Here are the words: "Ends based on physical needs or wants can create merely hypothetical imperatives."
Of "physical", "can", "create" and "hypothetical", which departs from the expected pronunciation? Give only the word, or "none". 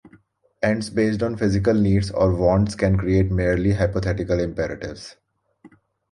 hypothetical